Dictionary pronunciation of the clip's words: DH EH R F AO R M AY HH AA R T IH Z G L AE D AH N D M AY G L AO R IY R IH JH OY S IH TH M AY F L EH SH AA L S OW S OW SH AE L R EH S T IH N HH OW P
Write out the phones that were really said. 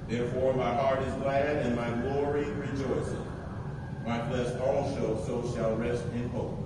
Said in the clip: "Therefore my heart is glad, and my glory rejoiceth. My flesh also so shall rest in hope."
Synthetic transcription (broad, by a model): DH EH R F AO R M AY HH AA R T IH Z G L AE D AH N M AY G L AO R IY R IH JH OY S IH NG M AY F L EH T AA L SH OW S OW SH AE L R EH S T IH N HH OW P